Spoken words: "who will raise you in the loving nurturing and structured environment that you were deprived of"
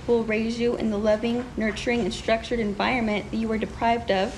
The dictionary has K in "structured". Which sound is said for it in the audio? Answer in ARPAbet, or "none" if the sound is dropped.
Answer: K